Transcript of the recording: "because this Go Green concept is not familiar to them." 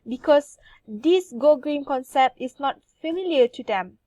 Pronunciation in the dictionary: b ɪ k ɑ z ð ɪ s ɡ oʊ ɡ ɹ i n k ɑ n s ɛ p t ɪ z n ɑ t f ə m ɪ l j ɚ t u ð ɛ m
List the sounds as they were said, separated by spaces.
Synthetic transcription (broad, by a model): b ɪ k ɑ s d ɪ s ɡ oʊ ɡ ɹ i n k ɑ n s ɛ p t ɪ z n ɑ t f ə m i l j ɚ t u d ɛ m